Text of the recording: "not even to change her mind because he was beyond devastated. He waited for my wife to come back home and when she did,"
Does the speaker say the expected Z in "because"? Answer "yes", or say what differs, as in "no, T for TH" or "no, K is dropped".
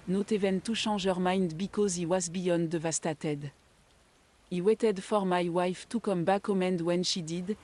yes